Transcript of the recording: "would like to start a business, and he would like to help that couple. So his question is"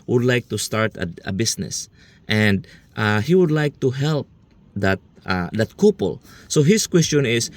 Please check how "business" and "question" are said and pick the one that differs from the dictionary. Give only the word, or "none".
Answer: business